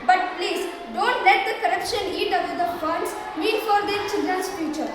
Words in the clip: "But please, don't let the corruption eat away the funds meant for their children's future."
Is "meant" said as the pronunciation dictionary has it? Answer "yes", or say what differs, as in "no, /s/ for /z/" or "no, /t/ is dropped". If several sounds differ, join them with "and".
no, /n/ is dropped